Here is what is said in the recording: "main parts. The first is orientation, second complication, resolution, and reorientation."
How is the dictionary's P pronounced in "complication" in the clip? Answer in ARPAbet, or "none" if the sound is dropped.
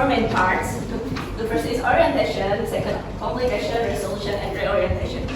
none